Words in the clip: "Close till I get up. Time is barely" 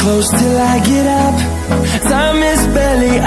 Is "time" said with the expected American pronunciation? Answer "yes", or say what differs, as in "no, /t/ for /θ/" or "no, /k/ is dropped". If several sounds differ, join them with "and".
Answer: no, /s/ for /t/